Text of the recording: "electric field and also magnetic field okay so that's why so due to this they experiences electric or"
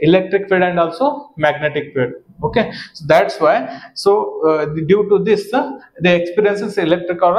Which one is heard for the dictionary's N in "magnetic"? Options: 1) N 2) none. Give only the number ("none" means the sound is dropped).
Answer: 1